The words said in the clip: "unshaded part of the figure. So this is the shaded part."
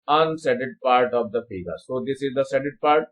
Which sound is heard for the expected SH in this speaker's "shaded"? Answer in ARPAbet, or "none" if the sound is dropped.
S